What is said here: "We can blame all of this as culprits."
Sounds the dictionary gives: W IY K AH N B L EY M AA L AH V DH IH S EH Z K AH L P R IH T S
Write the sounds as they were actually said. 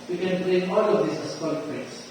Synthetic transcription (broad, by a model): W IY K AH N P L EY AA L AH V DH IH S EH S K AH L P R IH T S